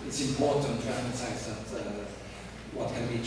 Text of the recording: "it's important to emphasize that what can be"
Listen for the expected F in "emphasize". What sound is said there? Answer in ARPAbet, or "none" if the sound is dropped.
none